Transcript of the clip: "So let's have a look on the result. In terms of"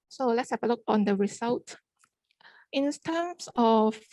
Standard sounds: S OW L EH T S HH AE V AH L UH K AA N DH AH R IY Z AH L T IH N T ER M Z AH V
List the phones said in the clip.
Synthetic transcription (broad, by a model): S OW L EH T S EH P AH L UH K AA N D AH R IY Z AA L T IH N T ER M S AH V